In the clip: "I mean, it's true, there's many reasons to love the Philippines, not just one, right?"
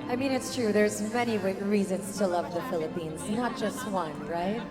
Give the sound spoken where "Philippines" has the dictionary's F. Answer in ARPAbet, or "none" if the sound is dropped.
F